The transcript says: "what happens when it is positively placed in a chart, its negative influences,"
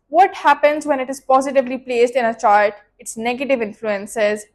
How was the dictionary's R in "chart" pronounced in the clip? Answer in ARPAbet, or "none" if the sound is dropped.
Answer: L